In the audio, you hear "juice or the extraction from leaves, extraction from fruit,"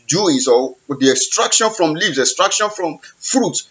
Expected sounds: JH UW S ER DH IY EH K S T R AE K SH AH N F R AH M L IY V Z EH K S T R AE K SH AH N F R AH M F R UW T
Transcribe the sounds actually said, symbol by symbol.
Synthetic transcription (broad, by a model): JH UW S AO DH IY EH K S T R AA K SH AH N F R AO M L IY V S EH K S T R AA K SH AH N F R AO M F R UW T